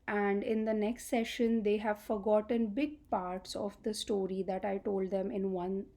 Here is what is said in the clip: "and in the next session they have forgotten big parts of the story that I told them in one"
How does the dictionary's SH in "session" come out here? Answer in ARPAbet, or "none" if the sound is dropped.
SH